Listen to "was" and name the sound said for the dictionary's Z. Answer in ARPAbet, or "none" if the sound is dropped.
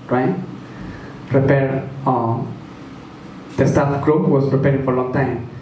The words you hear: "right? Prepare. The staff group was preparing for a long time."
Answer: S